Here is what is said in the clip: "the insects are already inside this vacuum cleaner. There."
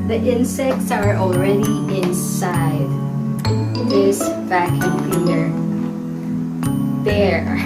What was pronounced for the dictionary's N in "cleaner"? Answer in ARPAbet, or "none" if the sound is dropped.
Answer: L